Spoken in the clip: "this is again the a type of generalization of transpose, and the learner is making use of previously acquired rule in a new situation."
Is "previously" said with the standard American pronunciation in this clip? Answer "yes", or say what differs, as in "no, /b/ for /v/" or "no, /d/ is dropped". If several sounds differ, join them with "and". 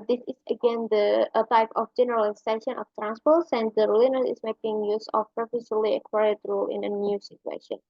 no, /s/ is dropped